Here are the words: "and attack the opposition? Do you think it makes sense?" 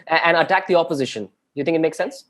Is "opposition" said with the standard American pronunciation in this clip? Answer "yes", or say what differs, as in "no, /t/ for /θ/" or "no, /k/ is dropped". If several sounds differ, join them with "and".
yes